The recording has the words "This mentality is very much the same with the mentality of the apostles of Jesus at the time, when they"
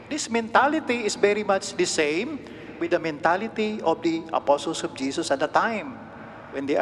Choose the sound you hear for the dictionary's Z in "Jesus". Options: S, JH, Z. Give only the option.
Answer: S